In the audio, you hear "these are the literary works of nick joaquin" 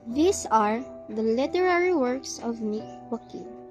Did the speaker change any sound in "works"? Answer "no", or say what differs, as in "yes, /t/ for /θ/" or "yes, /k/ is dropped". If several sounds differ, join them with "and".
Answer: no